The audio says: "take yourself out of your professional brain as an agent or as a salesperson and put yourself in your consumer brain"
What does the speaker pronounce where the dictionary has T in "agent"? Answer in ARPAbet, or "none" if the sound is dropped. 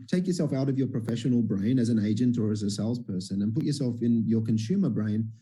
T